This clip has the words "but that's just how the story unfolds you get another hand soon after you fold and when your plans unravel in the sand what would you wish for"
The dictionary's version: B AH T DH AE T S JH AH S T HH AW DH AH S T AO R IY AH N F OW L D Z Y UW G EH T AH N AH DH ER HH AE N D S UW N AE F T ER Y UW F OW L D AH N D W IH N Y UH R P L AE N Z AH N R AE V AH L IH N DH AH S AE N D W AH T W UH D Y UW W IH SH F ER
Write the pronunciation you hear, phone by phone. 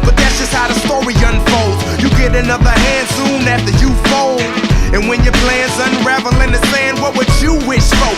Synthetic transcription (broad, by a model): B AH T DH AE T S JH AH S T HH AW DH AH S T AO R IY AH N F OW L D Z Y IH G EH T AH N AH DH ER HH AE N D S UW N AE F T ER Y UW F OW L AH N W IH N Y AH R P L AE N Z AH N R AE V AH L IH N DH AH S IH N W AH T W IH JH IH W IH SH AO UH